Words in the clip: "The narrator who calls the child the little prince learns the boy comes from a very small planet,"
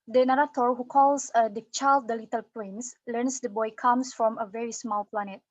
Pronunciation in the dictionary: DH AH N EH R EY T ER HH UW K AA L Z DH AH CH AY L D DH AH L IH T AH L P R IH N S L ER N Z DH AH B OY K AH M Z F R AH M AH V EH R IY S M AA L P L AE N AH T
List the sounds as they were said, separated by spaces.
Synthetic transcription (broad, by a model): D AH N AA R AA T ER HH UW K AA L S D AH CH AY L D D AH L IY T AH L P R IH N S L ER N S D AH B OY K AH M S F R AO M AH V EH R IY S M AA L P L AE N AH T